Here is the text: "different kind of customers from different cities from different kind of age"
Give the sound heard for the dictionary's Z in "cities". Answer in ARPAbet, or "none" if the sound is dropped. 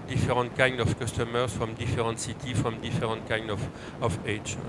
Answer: none